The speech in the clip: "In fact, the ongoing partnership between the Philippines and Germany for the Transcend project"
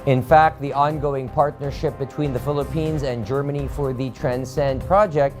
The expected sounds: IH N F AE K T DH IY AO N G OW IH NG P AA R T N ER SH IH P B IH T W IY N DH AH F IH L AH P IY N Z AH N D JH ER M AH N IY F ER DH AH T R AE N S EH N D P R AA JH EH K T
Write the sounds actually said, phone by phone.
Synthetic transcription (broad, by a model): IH N F AE K T DH IY AO N G OW IH NG P AA R T N ER SH IH P B IH T W IY N DH AH F IH L AH P IY N Z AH N JH ER M AH N IY F ER DH AH T R AE N S EH N D P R AA JH EH K T